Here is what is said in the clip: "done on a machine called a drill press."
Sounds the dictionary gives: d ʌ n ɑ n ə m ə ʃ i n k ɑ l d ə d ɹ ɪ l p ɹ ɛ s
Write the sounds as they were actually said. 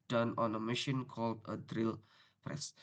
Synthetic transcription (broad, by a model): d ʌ n ɑ n ə m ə ʃ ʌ n k ɑ l d ə d ɹ ɪ l p ɹ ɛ s